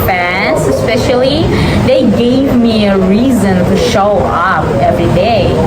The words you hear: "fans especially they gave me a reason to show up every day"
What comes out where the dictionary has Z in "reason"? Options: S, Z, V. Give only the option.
Z